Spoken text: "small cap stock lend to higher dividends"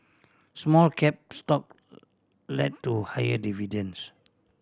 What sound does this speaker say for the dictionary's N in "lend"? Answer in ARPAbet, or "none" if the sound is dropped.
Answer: none